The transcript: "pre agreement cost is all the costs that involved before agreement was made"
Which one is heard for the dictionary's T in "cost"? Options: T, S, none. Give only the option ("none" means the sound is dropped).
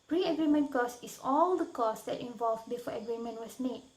none